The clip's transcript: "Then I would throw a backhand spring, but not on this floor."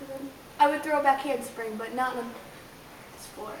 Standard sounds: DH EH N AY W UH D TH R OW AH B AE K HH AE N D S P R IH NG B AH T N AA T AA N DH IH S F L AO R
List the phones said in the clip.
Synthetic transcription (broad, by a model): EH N AY W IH D TH R OW AH B AE K HH AE N D S P R IH NG B AH T N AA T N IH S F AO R